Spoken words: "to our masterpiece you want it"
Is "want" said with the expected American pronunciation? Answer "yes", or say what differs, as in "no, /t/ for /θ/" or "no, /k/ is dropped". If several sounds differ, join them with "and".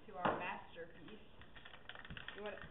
no, /n/ is dropped